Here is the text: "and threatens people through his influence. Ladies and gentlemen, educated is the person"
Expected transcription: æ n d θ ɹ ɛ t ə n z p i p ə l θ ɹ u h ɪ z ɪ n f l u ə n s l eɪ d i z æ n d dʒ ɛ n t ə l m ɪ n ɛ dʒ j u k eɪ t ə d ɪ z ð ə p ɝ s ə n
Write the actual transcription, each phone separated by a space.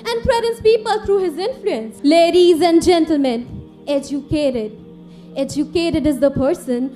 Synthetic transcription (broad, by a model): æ n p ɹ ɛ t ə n s p i p ə l t ɹ u h ɪ z ɪ n f l u ə n s l eɪ d i z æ n d dʒ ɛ n t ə l m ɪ n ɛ dʒ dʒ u k eɪ t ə d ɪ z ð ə p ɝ s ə n